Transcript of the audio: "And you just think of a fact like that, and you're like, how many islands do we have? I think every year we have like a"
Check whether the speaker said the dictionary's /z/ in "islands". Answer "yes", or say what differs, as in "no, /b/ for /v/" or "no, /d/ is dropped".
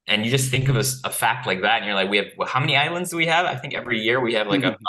yes